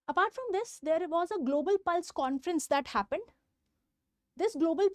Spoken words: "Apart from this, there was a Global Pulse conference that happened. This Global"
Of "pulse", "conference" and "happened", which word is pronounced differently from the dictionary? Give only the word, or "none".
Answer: none